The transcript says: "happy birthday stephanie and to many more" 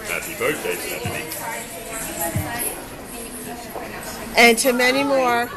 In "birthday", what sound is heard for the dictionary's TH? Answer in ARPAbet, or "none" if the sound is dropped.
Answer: T